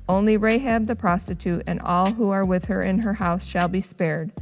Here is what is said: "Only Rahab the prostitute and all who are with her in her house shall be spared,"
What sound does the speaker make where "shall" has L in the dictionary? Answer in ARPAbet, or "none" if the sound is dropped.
L